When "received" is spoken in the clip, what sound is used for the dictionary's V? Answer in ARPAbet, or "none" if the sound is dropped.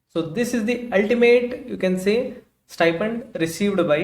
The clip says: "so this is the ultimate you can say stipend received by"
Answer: V